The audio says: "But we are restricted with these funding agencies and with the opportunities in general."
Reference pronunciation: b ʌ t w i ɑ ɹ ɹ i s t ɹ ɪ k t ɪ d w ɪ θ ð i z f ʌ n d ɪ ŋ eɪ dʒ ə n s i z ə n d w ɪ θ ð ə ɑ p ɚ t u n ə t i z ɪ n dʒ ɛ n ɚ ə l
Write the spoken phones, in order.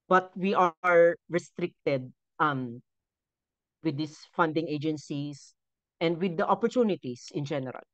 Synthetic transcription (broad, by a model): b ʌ t w i ɑ ɹ ɹ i s t ɹ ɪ k t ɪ d w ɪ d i s f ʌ n d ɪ ŋ eɪ dʒ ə n s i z ə n d w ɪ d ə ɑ p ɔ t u n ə t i s ɪ n dʒ ɛ n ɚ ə l